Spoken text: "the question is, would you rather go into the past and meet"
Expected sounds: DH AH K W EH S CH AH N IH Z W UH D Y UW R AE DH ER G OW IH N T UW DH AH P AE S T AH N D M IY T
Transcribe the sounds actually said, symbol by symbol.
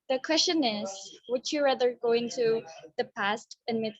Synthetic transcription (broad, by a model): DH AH K W EH S CH AH N IH Z W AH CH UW R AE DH ER G OW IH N T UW DH AH P AE S T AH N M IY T